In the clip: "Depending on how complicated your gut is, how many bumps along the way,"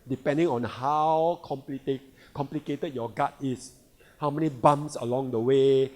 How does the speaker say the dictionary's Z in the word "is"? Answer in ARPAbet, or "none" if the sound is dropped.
S